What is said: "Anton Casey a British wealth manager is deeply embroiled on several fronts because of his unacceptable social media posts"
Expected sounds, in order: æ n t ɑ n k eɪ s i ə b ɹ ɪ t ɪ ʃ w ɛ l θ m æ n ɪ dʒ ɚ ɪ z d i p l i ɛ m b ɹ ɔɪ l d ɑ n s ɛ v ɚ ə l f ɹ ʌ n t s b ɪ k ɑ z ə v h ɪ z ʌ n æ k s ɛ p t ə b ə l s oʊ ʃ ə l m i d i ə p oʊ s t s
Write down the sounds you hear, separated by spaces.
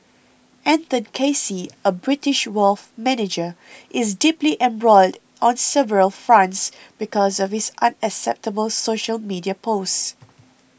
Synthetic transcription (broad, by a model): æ n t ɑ n k eɪ s i ə b ɹ ɪ t ɪ ʃ w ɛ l f m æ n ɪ dʒ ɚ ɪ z d i p l i ɛ m b ɹ ɔɪ l d ɑ n s ɛ v ɚ ə l f ɹ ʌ n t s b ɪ k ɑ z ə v h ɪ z ʌ n æ k s ɛ p t ə b ə l s oʊ ʃ ə l m i d i ə p oʊ s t